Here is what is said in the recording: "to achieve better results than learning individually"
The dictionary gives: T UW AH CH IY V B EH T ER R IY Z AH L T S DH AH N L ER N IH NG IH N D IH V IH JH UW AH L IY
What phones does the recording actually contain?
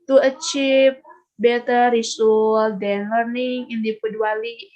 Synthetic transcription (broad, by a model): T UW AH CH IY P B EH T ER R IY S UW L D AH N L ER N IH NG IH N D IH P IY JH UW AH L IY